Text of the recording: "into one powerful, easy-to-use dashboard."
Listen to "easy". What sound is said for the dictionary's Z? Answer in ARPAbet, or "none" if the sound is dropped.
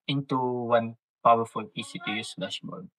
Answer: S